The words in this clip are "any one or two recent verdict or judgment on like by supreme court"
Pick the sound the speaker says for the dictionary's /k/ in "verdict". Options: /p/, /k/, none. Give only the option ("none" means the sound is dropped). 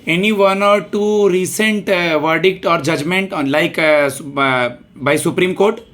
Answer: /k/